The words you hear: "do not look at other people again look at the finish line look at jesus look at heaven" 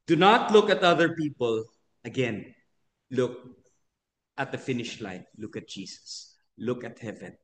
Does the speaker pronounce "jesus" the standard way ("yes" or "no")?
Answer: no